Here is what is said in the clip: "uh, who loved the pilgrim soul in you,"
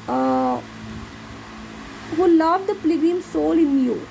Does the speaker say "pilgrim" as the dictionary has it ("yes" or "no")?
no